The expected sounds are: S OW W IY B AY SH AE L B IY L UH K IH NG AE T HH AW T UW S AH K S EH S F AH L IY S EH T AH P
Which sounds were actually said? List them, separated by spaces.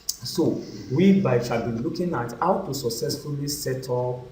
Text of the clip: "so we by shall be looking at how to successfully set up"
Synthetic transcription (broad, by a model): S OW W IY B AY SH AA B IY L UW K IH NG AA T HH AW T UW S AH K S EH S F AH L IY S EH T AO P